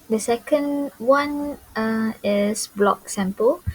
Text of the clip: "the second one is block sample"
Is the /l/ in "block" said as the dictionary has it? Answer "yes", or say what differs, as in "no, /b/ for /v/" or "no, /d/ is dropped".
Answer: yes